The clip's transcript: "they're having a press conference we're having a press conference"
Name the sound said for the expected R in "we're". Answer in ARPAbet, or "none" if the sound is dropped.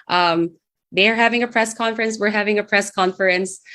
R